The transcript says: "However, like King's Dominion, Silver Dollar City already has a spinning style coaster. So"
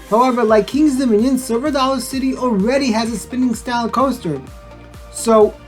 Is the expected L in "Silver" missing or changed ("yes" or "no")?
yes